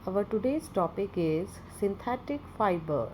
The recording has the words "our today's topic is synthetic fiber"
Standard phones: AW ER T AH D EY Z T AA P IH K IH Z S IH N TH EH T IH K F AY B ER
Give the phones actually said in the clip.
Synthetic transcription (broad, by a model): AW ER T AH D EY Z T AA P IH K IH Z S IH N T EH T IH K F AY B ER